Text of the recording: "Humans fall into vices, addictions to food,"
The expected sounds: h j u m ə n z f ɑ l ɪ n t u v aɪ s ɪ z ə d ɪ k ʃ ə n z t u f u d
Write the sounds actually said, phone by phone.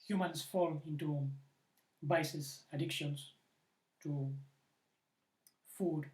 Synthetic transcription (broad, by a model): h j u m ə n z f ɑ l ɪ n t u b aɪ s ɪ s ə d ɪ k ʃ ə n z t u f u d